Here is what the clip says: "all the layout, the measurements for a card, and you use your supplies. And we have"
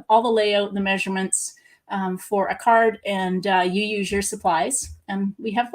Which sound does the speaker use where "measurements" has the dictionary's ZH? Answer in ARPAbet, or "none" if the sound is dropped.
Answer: ZH